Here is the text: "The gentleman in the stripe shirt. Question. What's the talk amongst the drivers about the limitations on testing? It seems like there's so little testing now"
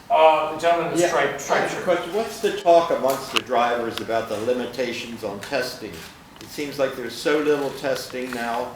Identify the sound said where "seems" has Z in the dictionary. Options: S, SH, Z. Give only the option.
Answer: Z